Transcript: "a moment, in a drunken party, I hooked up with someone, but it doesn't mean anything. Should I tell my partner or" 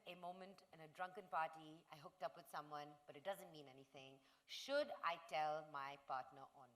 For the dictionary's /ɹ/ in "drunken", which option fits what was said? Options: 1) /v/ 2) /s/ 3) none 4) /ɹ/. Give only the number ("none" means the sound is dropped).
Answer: 4